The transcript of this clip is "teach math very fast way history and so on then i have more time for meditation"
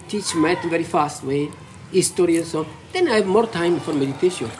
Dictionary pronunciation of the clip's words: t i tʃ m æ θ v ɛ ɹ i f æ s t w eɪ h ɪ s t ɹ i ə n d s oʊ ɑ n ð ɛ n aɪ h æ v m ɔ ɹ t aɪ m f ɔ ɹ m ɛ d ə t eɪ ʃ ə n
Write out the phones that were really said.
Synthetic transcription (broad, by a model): t i tʃ m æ t v ɛ ɹ i f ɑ s t w eɪ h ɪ s t ɹ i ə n s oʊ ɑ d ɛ n aɪ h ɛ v m ɔ ɹ t aɪ m f ɔ ɹ m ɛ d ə t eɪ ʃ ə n